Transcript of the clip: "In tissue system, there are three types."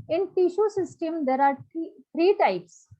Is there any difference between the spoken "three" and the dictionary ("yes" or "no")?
yes